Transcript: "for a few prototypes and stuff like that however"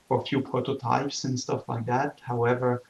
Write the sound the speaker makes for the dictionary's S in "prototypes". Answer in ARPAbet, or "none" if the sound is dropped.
S